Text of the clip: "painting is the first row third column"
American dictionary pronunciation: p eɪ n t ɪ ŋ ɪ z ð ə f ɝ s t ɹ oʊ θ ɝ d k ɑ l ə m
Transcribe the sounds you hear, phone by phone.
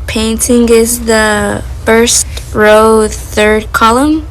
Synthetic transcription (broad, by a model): p eɪ n t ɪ ŋ ɪ z ð ə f ɝ s t ɹ oʊ θ ɝ d k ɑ l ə m